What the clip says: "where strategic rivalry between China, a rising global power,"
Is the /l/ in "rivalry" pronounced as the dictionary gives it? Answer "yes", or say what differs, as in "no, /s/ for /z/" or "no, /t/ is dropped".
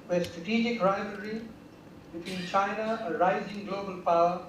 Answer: no, /l/ is dropped